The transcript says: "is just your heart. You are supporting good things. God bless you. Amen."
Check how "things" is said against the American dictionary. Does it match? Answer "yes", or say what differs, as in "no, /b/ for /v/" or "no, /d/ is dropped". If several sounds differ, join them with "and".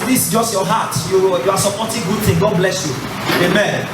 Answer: no, /z/ is dropped